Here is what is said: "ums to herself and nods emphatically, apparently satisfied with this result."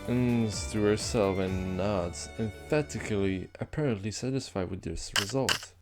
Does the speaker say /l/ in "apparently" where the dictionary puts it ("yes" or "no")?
yes